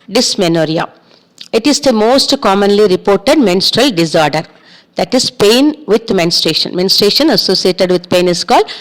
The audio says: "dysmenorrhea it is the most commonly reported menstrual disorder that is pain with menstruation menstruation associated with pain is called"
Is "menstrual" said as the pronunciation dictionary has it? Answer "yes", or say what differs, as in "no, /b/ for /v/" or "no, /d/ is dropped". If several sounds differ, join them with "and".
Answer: yes